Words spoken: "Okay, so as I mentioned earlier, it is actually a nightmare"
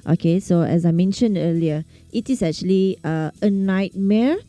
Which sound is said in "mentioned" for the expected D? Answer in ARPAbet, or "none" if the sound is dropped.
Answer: D